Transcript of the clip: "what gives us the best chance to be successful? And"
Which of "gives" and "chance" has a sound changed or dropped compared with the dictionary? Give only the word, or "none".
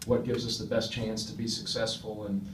none